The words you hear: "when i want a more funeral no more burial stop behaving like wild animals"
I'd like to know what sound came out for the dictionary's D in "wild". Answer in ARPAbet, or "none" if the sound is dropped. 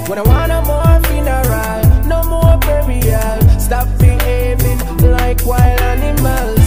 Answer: none